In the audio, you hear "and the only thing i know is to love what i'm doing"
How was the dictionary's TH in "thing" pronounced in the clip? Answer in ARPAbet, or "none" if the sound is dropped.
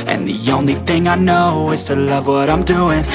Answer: TH